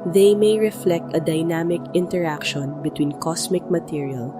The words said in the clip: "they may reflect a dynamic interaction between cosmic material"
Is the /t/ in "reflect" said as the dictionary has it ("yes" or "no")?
yes